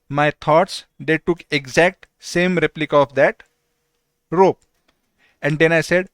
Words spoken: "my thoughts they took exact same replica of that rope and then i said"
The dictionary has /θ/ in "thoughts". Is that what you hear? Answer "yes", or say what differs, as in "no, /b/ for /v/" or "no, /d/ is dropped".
no, /t/ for /θ/